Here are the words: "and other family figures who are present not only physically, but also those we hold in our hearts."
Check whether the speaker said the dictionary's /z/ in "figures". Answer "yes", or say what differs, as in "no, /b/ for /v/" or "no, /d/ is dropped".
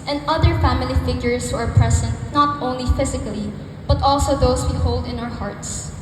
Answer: no, /s/ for /z/